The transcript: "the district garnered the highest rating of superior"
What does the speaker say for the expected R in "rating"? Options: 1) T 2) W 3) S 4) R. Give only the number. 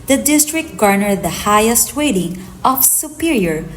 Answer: 2